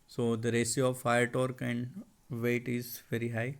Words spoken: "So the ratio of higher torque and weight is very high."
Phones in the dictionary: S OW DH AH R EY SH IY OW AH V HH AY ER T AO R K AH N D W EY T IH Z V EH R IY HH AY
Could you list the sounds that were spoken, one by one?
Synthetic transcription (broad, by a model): S OW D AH R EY S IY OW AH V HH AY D T AO R K AH N D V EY T IH Z V EH R IY HH AY